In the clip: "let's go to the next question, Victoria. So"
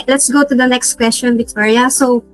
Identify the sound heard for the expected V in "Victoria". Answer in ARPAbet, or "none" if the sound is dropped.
B